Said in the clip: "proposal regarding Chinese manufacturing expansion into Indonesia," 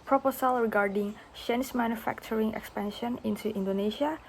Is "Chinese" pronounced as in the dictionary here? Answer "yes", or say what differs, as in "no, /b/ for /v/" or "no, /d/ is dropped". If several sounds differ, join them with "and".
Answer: no, /ʃ/ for /tʃ/